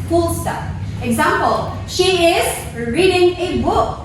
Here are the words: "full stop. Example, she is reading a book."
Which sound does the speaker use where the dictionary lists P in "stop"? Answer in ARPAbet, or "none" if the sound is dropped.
F